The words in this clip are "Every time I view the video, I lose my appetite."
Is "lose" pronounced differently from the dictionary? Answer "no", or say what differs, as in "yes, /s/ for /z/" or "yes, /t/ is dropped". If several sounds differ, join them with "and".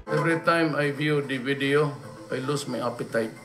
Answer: yes, /s/ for /z/